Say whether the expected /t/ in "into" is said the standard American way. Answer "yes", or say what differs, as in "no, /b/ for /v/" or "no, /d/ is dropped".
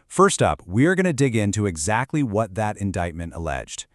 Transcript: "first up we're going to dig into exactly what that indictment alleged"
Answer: yes